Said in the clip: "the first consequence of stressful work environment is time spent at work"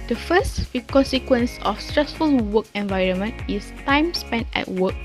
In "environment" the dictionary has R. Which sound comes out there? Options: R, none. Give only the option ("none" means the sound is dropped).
R